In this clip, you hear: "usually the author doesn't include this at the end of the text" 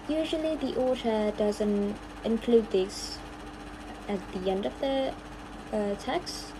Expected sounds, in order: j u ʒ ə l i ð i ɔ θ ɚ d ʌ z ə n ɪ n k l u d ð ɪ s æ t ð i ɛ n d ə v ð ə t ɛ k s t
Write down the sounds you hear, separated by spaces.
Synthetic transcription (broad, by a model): j u ʒ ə l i ð i ɔ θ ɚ d ʌ z ə n ɪ n k l u d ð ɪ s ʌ t ð i ɛ n d ə v ð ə t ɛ k s t